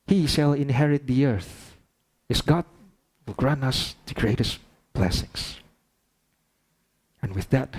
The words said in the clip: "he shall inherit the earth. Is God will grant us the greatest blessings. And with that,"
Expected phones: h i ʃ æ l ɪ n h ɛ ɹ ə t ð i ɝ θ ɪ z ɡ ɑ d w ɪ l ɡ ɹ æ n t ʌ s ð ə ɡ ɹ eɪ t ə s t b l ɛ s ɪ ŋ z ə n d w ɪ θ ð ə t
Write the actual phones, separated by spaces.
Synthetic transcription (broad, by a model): h i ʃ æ l ɪ n h ɛ ɹ ə t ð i ɝ θ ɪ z ɡ ɑ d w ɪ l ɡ ɹ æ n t ʌ s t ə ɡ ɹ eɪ t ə s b l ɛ s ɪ ŋ s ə n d w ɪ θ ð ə t